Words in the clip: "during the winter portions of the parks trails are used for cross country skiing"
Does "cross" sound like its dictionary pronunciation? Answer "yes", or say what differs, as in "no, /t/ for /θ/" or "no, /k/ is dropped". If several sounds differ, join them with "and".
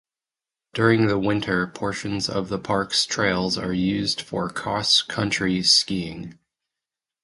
no, /ɹ/ is dropped